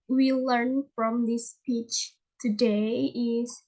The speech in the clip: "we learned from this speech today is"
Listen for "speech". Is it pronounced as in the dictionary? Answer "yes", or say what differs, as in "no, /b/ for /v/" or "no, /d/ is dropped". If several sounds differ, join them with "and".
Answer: yes